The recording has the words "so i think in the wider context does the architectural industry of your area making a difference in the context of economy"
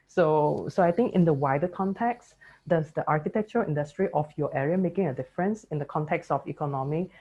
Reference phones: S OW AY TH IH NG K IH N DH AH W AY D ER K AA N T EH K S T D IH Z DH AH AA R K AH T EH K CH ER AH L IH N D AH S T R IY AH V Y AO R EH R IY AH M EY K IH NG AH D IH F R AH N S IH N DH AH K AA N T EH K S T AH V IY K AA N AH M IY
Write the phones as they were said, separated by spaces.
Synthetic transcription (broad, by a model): S OW AY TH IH NG K IH N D AH W AY D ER K AA N T EH K S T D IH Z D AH AA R K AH T EH K CH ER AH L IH N D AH S T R IY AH F Y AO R EH R IY AH M EY K IH NG AH D IH F R AH N S IH N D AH K AA N T EH K S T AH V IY K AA N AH M IY